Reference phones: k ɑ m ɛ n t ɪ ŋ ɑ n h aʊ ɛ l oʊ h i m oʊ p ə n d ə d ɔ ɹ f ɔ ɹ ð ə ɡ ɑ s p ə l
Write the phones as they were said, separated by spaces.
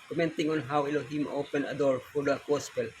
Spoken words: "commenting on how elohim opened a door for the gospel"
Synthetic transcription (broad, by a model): k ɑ m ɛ n t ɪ ŋ ɑ n h aʊ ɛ l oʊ h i m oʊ p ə n ə d ɔ ɹ f ɔ ɹ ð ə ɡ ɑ s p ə l